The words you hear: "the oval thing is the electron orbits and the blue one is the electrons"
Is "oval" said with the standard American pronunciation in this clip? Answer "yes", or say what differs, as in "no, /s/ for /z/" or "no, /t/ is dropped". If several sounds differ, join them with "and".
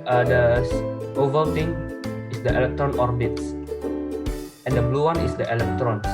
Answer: yes